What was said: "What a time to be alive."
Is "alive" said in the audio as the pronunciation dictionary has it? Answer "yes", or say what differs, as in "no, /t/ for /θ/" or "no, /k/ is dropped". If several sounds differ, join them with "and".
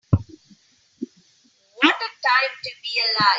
no, /v/ is dropped